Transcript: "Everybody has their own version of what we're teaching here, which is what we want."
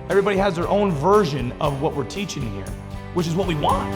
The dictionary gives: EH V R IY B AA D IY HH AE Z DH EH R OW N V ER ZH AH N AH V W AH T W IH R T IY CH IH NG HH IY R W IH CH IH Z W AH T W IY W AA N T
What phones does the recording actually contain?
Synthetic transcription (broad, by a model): EH V R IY B AA D IY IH Z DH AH R OW N V ER ZH AH N AH V W AH T W IH R T IY CH IH NG HH IY R W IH CH IH Z W AH T W IY W AA N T